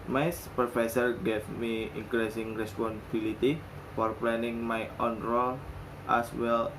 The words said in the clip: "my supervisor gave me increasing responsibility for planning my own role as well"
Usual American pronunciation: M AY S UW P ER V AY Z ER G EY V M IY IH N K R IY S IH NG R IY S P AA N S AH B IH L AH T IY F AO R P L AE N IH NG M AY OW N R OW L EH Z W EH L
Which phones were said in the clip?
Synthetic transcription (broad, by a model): M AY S P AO F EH S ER G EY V M IY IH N K R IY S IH NG R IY S P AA N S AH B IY L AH T IY F AO R P L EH N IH NG M AY OW N R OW L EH S W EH L